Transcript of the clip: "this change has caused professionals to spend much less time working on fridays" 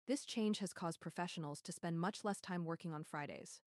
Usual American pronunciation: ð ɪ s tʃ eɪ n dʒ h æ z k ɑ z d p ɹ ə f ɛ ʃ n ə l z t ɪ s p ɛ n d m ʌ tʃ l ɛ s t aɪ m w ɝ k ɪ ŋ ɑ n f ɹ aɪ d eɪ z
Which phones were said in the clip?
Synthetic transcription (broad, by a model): ð ɪ s tʃ eɪ n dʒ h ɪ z k ɑ z d p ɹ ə f ɛ ʃ n l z t ɪ s p ɛ n d m ʌ tʃ l ɛ s t aɪ m w ɝ k ɪ ŋ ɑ n f ɹ aɪ d eɪ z